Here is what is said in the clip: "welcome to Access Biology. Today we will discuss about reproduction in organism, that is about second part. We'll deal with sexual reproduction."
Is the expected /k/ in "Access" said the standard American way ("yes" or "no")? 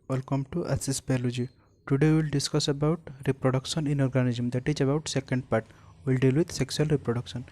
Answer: no